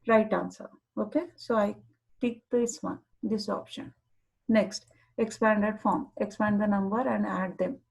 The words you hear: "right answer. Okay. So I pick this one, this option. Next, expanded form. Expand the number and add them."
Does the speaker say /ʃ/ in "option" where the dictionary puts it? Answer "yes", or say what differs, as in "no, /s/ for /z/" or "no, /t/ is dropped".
yes